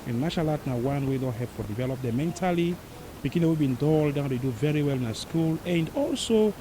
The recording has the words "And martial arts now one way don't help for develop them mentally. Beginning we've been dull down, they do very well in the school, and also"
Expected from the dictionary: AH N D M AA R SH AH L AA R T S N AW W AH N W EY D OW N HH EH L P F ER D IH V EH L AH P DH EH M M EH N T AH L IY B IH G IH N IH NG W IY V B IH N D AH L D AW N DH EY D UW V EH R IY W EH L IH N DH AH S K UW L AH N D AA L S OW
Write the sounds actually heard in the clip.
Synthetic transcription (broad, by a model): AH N M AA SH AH L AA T N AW W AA N W EY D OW HH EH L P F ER D IH V EH L AH P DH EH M M EH N T AH L IY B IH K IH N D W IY B IH N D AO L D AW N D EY D UW V EH R IY W EH L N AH S K UW L AH N D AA L S OW